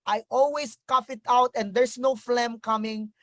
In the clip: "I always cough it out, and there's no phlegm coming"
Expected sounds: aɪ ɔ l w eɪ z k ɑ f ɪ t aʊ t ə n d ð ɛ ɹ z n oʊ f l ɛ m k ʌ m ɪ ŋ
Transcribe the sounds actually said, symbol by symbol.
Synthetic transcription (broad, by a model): aɪ ɔ l w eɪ s k ɑ f ɪ t aʊ t ə n d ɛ ɹ s n oʊ f l ɛ m k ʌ m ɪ ŋ